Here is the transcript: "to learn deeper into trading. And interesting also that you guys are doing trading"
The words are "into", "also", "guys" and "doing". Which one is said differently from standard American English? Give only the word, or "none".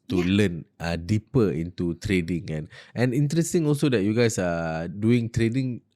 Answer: guys